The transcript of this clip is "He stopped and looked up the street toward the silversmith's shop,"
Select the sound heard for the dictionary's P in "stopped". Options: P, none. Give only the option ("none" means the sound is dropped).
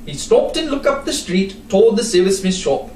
P